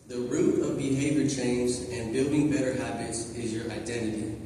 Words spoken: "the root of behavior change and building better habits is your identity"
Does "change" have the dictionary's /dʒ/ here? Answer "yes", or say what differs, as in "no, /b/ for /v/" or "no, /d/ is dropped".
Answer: no, /z/ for /dʒ/